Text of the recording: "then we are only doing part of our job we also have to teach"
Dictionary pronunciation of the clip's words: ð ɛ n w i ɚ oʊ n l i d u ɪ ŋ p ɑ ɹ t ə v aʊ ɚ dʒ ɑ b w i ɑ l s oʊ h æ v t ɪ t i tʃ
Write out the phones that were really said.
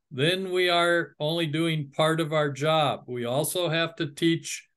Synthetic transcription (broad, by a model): ð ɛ n w i ɚ oʊ n l i d u ɪ ŋ p ɑ ɹ t ə v aʊ ɚ dʒ ɑ b w i ɑ l s oʊ h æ f t ɪ t i tʃ